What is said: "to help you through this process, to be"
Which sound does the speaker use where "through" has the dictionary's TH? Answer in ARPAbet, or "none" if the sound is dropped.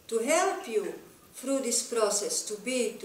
F